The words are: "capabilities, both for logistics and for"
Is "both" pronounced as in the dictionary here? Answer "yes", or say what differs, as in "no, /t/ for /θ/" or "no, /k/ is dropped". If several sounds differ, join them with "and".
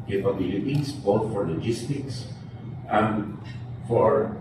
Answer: no, /t/ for /θ/